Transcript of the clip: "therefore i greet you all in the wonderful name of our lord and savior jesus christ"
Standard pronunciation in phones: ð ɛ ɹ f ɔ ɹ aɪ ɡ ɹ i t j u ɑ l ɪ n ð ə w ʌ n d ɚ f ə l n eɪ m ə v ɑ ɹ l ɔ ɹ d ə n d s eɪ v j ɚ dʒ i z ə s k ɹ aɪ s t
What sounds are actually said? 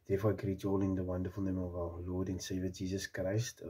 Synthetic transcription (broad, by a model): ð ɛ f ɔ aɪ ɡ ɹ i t ɑ l ɪ n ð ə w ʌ n d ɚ f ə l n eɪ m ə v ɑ l l ɔ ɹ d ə n s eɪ v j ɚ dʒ i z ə s k ɹ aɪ s t